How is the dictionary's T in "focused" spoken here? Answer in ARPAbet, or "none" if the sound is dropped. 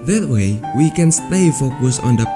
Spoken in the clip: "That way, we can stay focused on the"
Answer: none